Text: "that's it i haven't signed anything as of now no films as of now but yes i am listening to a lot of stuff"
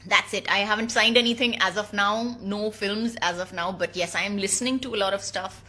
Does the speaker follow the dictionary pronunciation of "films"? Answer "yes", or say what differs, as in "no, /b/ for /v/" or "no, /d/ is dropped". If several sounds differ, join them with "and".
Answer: yes